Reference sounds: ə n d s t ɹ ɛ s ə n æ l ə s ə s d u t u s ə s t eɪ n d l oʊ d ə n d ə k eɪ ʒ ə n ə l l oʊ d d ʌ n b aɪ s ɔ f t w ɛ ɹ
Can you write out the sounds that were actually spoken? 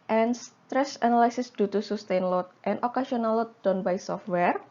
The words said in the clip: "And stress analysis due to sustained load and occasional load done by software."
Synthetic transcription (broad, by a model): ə n s t ɹ ɛ s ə n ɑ l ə s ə s d u t u s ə s t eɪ n l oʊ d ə n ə k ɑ s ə n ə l l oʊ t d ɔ n b aɪ s ɔ f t w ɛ ɹ